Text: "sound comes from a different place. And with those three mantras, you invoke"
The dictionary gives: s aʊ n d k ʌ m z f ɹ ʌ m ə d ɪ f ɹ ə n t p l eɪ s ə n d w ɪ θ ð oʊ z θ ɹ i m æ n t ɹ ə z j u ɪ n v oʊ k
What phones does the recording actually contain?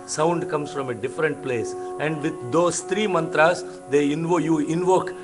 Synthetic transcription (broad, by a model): s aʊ n d k ʌ m s f ɹ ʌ m ə d ɪ f ɹ ə n t p l eɪ s ə n d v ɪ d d oʊ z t ɹ i m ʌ n t ɹ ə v j u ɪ n v oʊ k